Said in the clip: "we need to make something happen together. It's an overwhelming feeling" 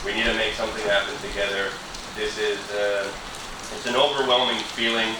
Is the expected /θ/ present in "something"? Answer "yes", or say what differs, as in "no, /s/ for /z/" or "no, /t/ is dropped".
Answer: yes